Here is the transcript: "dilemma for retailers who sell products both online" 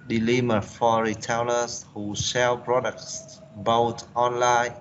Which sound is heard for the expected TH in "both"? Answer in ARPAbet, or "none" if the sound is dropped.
T